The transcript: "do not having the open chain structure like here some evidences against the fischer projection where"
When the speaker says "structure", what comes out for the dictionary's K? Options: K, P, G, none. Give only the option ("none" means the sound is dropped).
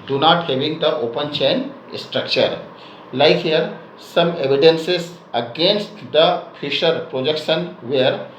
K